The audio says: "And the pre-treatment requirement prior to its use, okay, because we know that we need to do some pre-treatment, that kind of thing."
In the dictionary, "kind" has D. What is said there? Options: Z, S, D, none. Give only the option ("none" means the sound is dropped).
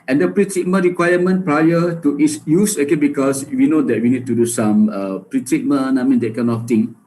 none